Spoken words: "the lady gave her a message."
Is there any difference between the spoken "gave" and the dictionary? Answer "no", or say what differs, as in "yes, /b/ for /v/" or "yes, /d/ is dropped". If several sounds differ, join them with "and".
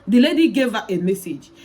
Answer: no